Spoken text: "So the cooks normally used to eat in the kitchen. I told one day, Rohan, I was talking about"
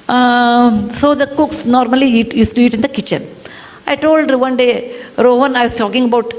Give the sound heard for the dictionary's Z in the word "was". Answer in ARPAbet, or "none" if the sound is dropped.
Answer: S